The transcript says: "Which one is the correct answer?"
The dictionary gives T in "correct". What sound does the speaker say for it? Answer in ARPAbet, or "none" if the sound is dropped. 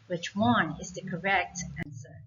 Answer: T